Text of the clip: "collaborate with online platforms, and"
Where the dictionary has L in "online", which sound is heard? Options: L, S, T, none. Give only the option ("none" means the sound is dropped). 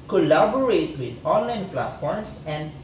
L